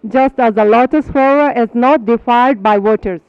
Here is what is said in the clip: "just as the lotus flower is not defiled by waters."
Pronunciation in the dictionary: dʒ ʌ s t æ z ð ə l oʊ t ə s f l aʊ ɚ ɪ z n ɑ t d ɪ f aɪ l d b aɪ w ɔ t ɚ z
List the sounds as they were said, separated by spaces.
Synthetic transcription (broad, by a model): dʒ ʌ s t æ z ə l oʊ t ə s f aʊ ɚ ɪ z n ɑ t d ɪ f aɪ l d b aɪ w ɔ t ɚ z